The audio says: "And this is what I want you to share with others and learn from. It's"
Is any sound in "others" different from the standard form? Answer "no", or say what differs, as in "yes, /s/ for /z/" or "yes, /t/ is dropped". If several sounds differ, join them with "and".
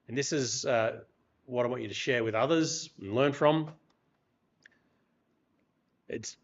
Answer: no